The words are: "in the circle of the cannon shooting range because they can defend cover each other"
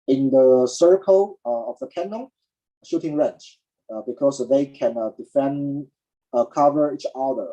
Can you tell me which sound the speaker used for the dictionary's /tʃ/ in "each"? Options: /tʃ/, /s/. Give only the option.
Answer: /tʃ/